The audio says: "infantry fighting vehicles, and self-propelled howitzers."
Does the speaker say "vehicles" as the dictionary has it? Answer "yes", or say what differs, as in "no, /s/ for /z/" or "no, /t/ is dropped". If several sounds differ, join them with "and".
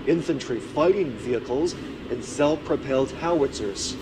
yes